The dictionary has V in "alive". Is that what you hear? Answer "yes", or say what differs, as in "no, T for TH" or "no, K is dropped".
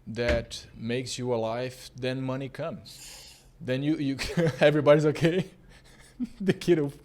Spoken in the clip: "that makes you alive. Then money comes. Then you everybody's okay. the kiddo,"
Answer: no, F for V